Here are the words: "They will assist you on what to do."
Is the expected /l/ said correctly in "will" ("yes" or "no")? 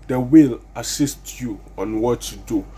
yes